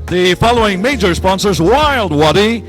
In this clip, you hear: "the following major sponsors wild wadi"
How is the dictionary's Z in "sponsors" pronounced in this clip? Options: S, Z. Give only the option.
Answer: Z